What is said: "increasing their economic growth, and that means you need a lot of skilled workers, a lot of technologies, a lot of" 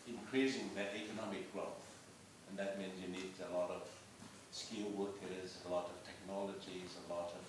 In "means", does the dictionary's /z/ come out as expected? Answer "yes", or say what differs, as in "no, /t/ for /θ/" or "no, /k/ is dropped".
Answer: yes